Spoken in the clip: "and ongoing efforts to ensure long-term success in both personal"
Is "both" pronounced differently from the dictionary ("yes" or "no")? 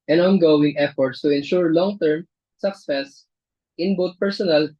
yes